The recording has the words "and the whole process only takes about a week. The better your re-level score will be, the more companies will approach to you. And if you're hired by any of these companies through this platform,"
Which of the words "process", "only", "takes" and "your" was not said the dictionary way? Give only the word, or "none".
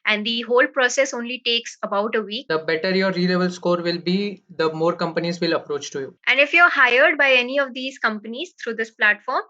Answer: none